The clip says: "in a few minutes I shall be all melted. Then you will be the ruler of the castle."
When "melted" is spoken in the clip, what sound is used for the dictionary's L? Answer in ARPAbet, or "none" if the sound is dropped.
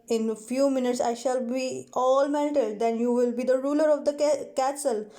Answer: N